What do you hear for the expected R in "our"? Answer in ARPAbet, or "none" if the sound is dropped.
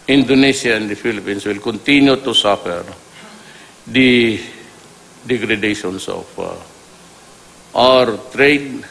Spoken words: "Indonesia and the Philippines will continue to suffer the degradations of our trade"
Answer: R